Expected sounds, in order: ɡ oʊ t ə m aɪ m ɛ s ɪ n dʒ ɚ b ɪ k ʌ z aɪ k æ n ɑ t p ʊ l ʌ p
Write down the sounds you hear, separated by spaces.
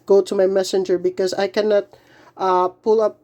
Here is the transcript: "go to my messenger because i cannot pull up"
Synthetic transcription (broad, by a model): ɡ oʊ t ə m aɪ m ɛ s ɪ n dʒ ɚ b ɪ k ʌ z aɪ k æ n ɑ t p ʊ l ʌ p